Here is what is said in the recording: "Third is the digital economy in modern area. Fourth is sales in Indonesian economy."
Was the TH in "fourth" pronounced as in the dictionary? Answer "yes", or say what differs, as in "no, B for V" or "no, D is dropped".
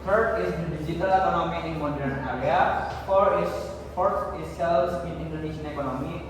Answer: no, F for TH